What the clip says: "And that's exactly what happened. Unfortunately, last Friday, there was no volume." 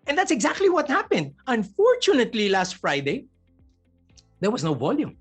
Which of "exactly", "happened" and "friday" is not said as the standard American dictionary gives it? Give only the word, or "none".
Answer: none